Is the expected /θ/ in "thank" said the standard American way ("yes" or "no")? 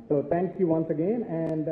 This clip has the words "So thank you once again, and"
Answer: no